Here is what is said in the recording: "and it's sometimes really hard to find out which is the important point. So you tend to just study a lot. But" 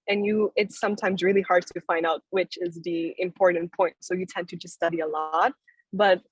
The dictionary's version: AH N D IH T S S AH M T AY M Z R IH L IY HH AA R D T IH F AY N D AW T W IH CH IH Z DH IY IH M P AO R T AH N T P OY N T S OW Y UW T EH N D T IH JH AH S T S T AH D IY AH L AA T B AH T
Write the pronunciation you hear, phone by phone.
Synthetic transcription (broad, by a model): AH N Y IH T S S AH M T AY M Z R IH L IY HH AA R D T IH F AY N D AW T W IH CH IH Z DH IY IH M P AO R T N P OY N T S OW Y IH T EH N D T IH JH AH S T S T AH D IY AH L AA T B AH T